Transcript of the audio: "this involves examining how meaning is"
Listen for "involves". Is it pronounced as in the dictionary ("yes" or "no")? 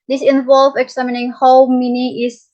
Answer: no